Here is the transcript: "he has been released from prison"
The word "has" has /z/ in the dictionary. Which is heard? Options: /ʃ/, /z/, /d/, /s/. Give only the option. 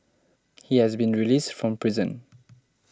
/z/